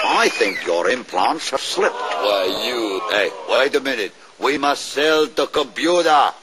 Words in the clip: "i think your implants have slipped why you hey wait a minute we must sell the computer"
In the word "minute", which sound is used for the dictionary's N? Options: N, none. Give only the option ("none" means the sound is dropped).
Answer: N